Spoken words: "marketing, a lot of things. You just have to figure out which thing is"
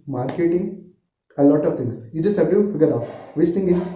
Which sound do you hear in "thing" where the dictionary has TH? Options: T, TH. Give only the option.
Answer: T